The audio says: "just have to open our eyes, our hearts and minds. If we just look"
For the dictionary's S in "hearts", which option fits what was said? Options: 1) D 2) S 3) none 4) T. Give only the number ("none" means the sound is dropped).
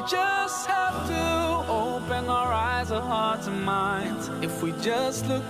3